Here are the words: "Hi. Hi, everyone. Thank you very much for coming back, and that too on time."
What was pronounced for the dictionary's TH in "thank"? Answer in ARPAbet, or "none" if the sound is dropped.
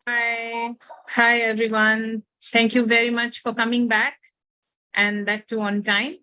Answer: T